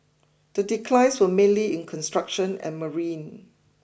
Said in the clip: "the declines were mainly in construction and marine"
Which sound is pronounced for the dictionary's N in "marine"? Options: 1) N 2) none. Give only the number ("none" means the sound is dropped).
1